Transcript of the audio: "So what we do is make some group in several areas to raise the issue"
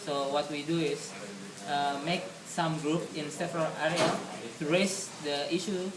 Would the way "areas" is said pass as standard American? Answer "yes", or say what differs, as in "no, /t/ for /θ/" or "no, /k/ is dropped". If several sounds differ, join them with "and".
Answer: no, /z/ is dropped